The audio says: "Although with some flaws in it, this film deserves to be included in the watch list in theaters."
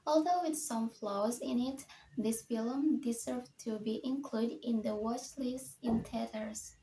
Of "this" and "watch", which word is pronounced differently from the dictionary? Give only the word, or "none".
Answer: watch